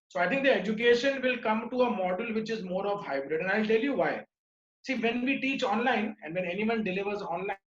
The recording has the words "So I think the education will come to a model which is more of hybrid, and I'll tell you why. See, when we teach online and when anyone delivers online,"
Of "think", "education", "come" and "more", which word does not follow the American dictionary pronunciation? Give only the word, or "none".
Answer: think